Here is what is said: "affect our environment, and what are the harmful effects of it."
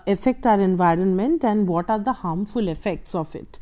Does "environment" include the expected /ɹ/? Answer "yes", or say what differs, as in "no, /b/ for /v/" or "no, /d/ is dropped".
yes